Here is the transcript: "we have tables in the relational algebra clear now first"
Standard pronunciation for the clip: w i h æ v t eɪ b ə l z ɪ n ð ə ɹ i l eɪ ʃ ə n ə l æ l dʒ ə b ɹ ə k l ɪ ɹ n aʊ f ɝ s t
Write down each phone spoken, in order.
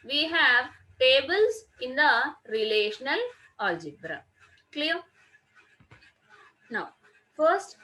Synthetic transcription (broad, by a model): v i h æ v t eɪ b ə l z ɪ n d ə ɹ i l eɪ ʃ ə n ə l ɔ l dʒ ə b ɹ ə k l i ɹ n aʊ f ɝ s t